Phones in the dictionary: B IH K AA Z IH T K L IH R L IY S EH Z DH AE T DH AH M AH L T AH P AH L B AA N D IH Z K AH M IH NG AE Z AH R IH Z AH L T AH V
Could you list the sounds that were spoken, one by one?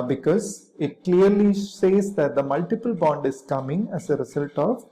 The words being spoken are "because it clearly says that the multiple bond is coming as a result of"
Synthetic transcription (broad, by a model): B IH K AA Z IH T K L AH R L IY S EH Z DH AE T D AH M AH L T AH P AH L B AA N D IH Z K AH M IH NG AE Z AH R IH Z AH L T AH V